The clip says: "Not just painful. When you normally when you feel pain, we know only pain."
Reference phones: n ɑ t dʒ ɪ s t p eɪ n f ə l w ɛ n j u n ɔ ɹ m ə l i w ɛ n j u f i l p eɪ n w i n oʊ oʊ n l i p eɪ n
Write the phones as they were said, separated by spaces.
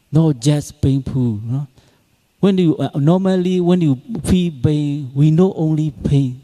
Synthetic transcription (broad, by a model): n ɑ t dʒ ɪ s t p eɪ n p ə n w ɛ n j u n ɔ m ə l i w ɛ n j u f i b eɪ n w i n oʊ oʊ n l i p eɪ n